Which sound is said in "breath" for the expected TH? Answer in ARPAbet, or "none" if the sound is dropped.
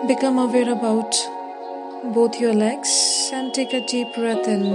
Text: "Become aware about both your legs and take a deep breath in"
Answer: T